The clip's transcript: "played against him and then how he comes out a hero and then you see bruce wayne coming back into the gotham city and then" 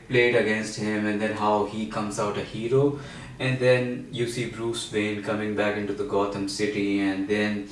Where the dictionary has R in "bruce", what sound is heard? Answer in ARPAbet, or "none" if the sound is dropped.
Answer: R